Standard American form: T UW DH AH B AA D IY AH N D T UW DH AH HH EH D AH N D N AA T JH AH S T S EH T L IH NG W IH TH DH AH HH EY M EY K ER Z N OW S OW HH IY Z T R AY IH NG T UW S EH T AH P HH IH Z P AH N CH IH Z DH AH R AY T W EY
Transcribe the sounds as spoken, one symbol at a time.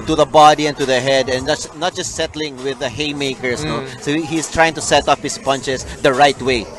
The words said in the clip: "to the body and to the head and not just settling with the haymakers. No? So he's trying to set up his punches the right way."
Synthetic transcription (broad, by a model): T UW DH AH B AA D IY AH N T UW DH AH HH EH D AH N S N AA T JH AH S T S EH T L IH NG W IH DH AH HH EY M EY K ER S N OW S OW HH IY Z T R AY IH NG T UW S EH T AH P HH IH S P AH N CH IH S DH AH R AY T W EY